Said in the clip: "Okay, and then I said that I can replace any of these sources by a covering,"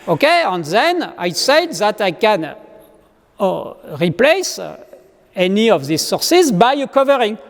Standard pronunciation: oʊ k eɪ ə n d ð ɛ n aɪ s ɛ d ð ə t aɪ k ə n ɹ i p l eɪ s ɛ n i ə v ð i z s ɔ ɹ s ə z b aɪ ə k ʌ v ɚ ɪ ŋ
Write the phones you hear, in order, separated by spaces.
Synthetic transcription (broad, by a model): oʊ k eɪ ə n ð ɛ n aɪ s ɛ d ð ə t aɪ k ə n ɹ i p l eɪ s ɛ n i ə v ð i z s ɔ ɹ s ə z b aɪ ə k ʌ v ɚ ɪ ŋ